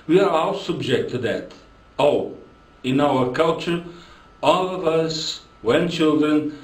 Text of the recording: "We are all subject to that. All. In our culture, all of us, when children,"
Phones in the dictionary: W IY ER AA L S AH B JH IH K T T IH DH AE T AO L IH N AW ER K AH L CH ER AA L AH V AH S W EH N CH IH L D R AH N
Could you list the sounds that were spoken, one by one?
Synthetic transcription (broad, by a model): W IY ER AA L S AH B JH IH K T T IH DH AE T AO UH IH N AW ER K AH L CH ER AA L AH V AH S W EH N CH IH L D R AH N